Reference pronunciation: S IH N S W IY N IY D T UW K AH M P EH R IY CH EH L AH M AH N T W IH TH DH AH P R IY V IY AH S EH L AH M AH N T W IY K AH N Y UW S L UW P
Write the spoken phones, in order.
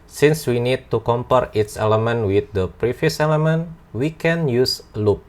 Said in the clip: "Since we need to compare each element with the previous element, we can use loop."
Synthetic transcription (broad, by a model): S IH N S W IY N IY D T UW K AH M P EH R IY S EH L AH M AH N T W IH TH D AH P R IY F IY S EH L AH M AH N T W IY K AH N Y UW S L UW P